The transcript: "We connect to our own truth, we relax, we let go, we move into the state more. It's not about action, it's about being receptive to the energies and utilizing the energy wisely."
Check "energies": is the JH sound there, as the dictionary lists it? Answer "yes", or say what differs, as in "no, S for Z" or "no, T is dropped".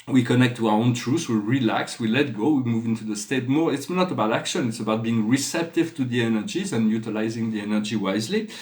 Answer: yes